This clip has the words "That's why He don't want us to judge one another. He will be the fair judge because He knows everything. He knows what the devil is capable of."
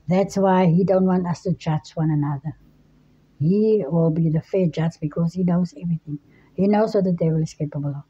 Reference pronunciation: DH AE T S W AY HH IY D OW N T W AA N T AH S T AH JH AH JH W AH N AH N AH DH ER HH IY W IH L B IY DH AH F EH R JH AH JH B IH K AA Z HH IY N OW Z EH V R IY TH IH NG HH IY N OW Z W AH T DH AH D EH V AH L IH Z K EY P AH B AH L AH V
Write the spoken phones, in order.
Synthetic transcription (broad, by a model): DH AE T S W AY HH IY D OW N T W AA N T AH S T AH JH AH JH W AH N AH N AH DH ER HH IY W IH L B IY DH AH F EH JH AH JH B IH K AA Z HH IY N OW Z EH V R IY TH IH NG HH IY N OW Z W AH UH DH AH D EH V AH L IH S K EY P AH B AH L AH